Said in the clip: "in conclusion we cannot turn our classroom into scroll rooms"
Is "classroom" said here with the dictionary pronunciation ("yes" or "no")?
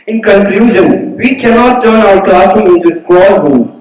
no